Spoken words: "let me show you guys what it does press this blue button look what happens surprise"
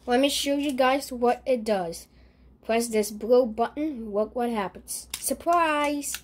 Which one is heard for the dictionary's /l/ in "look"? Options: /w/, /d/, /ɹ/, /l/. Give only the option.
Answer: /w/